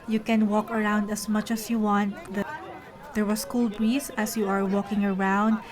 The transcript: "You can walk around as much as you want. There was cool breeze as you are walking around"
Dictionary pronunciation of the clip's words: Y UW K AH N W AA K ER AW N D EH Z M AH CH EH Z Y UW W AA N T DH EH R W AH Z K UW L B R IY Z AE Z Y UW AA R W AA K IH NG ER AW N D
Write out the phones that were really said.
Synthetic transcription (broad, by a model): Y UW K AH N W AA K ER AW N D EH S M AH CH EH S Y UW W AA N T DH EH R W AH S K UW L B R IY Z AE S Y UW AA R W AA K IH NG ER AW N D